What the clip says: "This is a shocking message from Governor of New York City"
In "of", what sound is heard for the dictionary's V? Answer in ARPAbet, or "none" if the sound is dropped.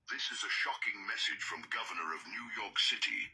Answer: V